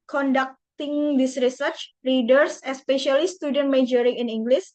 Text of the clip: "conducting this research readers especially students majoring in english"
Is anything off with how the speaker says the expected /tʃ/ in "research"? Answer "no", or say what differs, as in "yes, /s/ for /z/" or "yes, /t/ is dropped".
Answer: no